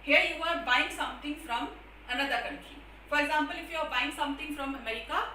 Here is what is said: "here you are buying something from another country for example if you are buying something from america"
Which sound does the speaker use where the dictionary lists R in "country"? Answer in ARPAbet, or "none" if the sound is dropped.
none